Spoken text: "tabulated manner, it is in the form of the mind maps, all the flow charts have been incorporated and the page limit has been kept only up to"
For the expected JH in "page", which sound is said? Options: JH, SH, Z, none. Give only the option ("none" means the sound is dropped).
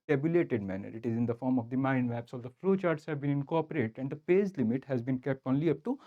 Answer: Z